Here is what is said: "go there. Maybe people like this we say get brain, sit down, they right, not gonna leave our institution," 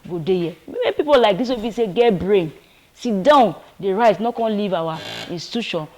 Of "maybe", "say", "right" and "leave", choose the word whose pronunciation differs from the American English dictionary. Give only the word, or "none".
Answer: maybe